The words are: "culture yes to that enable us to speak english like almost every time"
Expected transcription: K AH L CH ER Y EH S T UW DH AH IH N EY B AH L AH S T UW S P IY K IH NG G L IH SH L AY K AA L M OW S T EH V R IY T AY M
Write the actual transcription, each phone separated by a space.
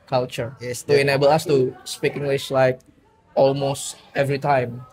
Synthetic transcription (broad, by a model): K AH L CH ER Y EH S T UW IH N EY B AH L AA S T UW S P IY K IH NG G L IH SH L AY K AA L M OW S T EH V R IY T AY M